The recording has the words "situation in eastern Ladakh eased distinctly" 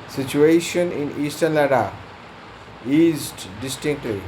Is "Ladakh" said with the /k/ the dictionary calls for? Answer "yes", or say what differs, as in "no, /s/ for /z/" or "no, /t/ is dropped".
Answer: no, /k/ is dropped